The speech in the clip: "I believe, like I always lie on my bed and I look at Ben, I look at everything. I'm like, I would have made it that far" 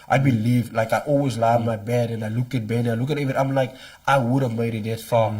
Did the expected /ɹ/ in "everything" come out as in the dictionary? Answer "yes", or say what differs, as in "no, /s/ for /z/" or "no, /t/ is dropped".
no, /ɹ/ is dropped